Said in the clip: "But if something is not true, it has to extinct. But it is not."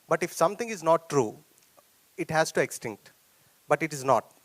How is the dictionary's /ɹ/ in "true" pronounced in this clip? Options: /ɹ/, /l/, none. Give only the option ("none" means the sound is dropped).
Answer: /ɹ/